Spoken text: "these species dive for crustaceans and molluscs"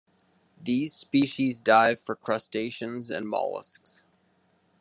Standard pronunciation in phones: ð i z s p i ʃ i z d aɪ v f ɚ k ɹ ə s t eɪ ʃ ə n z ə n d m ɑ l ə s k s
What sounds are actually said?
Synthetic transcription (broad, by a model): ð i z s p i ʃ i z d aɪ v f ɚ k ɹ ə s t eɪ ʃ ə n z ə n m ɑ l ə s k s